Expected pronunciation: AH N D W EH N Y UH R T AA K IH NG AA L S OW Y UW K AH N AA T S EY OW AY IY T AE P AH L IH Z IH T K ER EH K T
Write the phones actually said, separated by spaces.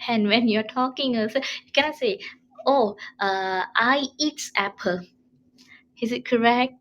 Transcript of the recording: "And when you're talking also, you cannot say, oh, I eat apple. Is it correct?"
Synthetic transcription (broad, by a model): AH N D W EH N Y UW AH T AA K IH NG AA S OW Y UW K AH N AA T S EY OW AY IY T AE P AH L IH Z IH T K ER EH K T